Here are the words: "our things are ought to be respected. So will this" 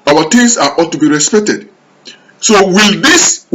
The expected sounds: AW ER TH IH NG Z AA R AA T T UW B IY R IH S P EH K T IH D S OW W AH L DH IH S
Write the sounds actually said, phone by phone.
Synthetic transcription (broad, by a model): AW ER T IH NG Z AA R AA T T UW B IY R IH S P EH K T IH D S OW W AH L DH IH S